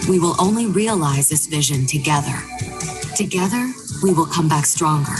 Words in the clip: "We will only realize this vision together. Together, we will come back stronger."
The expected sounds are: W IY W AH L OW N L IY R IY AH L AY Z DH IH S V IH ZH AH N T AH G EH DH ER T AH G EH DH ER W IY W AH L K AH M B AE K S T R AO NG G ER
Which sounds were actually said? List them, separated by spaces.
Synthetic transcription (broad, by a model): W IY W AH L OW N L IY R IY AH L AY Z DH IH S V IH ZH AH N T AH G EH DH ER T AH G EH DH ER W IY W AH L K AH M B AE K S T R AO NG G ER